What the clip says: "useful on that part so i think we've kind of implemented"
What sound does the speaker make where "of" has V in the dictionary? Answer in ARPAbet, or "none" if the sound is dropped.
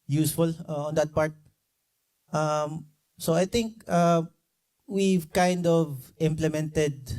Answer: V